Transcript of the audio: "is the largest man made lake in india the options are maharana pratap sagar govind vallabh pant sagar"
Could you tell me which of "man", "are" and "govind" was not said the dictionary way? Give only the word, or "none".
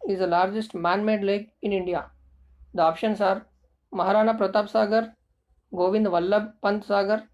none